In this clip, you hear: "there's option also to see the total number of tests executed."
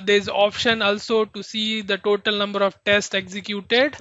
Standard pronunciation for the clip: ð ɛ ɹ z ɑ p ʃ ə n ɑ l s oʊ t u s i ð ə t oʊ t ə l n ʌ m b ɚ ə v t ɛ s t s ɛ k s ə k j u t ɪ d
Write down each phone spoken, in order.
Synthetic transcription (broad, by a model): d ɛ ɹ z ɑ p ʃ ə n ɑ l s oʊ t u s i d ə t oʊ t ə l n ʌ m b ɚ ə v t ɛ s t ɛ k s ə k j u t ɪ d